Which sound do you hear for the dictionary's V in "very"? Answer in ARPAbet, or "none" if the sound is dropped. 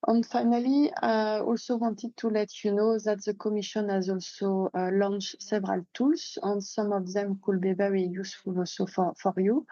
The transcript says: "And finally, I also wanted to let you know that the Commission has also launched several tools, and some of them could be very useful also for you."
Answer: B